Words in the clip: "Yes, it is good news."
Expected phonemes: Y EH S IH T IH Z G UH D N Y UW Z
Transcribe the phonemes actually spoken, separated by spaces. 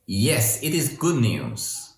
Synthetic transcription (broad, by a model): Y EH S IH T IH Z G UH D N Y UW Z